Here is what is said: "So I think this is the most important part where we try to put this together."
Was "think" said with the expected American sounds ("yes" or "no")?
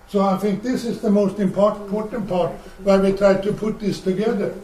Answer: yes